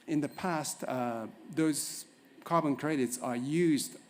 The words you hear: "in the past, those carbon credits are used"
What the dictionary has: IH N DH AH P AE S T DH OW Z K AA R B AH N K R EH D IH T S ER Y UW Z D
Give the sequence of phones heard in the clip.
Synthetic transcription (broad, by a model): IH N DH AH P AE S T DH OW Z K AA R B AH N K R EH D IH T S ER Y UW Z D